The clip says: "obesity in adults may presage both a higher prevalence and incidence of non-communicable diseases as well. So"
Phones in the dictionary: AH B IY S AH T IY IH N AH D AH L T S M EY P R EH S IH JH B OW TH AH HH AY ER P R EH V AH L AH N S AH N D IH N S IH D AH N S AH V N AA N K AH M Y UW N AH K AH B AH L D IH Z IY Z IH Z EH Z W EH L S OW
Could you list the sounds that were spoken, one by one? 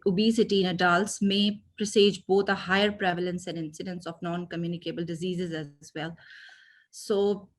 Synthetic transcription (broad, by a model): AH B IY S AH T IY IH N AH D AH L T S M EY P R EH S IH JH B OW T AH HH AY ER P R EH V AH L AH N S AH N D IH N S IH D AH N S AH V N AA N K AH M Y UW N AH K AH B AH L D IH Z IY Z IH Z EH Z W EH L S OW